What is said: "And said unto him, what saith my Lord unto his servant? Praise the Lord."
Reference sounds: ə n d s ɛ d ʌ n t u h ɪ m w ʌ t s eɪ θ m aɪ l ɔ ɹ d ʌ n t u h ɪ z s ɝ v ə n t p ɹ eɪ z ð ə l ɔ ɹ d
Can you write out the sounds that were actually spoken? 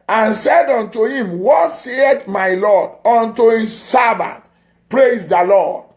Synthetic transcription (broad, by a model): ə n s ɛ d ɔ n t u h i m w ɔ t s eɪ t m aɪ l ɔ d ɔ n t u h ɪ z s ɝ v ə n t p ɹ eɪ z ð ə l ɔ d